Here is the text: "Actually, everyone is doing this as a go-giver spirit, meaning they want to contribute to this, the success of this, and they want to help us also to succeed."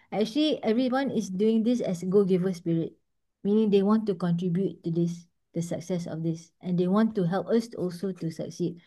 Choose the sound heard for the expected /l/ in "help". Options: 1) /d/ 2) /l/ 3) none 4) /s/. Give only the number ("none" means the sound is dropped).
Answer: 2